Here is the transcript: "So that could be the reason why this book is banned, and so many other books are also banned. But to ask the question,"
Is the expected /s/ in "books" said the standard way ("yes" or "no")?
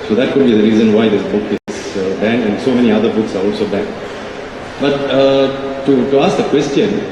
yes